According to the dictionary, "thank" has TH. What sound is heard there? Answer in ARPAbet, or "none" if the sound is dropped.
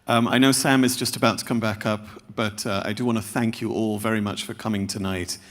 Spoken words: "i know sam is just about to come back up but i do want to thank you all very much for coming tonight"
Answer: TH